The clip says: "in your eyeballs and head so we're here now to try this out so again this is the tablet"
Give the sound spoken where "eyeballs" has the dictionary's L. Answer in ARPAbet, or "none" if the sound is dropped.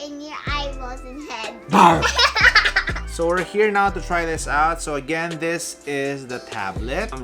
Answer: none